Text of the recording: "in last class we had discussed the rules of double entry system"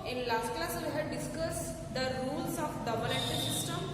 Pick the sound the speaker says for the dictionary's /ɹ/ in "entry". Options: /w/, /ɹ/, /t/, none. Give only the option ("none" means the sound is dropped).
none